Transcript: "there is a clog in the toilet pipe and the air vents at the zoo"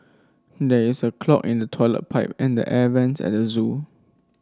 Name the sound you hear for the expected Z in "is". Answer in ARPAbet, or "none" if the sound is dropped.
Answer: S